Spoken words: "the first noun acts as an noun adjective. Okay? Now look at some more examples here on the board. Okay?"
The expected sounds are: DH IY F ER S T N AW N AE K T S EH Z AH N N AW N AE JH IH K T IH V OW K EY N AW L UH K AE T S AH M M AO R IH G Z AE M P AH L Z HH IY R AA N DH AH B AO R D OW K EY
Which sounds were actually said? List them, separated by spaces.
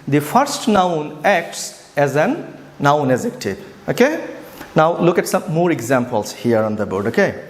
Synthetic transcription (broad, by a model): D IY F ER S T N AW N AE K T S EH Z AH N N AW N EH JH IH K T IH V OW K EY N AW L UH K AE T S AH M M AO R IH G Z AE M P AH L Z HH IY R AA N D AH B AO R D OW K EY